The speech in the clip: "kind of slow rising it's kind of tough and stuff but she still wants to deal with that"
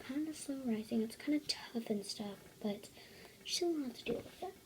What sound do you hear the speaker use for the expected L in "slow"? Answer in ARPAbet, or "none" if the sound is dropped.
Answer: none